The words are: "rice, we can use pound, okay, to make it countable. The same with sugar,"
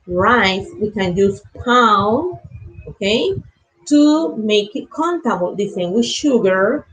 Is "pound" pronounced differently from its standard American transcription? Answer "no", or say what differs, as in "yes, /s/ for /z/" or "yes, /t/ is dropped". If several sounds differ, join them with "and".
yes, /d/ is dropped